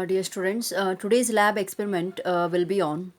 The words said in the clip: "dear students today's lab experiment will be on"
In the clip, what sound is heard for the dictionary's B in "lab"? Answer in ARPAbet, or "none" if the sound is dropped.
B